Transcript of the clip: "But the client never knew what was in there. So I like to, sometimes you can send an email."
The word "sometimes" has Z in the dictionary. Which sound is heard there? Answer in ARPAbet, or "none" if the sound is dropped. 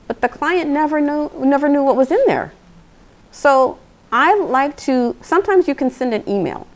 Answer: Z